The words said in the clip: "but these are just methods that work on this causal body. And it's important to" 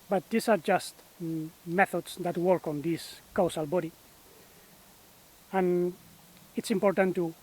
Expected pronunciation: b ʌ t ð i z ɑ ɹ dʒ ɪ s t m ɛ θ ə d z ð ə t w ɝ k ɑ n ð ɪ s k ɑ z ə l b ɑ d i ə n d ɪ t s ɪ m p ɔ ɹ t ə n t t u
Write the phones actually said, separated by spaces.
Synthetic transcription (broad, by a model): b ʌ t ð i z ɑ ɹ dʒ ɪ s t m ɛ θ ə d s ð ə t w ɝ k ɑ n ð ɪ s k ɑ s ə l b ɑ d i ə n ɪ t s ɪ m p ɔ ɹ t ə n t t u